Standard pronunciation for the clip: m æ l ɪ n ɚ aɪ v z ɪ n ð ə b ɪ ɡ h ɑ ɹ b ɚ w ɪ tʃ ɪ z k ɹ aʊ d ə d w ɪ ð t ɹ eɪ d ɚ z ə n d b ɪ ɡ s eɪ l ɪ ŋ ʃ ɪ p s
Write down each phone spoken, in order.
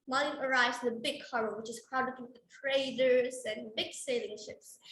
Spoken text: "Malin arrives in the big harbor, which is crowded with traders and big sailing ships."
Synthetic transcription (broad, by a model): m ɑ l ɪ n ɚ aɪ v z ɪ n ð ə b ɪ ɡ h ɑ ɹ ɚ w ɪ tʃ ɪ z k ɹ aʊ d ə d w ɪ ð t ɹ eɪ d ɚ z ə n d b ɪ ɡ s eɪ l ɪ ŋ ʃ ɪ p s